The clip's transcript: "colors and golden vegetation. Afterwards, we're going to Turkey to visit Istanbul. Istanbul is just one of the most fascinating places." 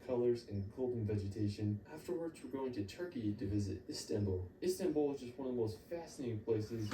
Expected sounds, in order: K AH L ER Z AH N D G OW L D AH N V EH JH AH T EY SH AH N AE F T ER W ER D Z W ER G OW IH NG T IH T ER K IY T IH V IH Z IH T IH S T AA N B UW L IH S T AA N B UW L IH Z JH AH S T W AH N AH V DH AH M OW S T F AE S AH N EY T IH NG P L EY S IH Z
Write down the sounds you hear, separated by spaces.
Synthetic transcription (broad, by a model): K AH L ER Z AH N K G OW L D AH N V EH JH AH T EY SH AH N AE F T ER W ER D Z W ER G OW IH NG T IH T ER K IY T IH V IH Z IH T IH S T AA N B L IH S T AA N B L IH Z JH AH S T W AH N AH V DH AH M OW S T F AE S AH N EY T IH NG P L EY S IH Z